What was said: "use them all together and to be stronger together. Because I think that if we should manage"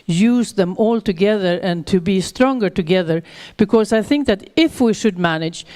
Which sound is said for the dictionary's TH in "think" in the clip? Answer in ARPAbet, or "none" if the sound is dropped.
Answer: TH